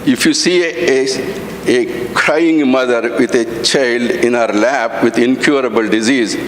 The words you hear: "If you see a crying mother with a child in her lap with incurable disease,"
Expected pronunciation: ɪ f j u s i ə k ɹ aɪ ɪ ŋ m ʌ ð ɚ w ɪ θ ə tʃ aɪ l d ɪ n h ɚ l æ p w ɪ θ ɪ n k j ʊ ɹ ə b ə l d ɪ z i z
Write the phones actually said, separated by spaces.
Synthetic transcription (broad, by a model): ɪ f j u s i ə k ɹ aɪ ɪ ŋ m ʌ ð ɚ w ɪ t ə tʃ aɪ l d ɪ n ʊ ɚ l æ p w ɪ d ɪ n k j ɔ ɹ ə b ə l d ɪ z i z